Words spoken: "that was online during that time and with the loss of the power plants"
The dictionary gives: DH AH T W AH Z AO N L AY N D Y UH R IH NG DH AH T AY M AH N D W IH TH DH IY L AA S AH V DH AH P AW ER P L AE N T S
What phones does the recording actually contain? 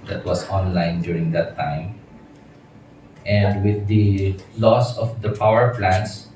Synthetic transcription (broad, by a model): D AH T W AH S AO N L AY N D Y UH R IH NG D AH T AY M AH N D W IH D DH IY L AA S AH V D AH P AW ER P L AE N S